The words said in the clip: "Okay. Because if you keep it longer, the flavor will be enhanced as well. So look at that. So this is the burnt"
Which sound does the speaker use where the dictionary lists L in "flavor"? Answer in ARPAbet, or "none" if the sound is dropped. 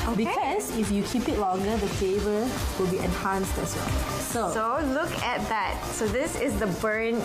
none